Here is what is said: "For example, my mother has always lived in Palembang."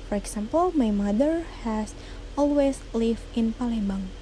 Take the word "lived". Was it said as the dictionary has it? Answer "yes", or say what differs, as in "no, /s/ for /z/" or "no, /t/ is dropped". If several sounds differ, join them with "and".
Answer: no, /d/ is dropped